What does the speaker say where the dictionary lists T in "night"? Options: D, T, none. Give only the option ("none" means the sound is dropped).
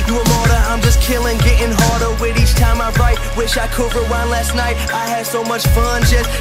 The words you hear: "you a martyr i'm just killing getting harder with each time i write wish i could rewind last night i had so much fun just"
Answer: T